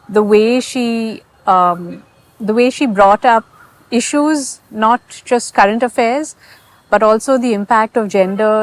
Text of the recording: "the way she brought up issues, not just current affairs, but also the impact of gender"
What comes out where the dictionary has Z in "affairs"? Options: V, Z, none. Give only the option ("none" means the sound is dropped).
Z